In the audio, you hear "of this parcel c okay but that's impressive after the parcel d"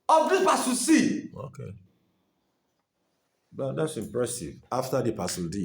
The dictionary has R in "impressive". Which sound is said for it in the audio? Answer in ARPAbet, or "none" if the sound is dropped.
R